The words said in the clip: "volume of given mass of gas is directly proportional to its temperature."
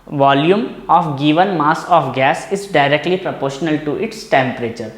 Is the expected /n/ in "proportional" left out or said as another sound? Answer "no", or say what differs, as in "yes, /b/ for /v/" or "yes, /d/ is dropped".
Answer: no